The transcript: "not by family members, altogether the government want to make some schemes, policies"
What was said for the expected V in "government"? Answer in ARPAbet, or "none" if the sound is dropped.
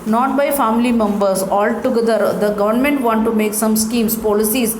V